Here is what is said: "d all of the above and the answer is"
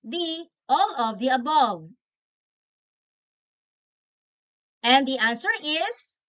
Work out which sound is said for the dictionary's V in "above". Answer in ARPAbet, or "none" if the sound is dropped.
V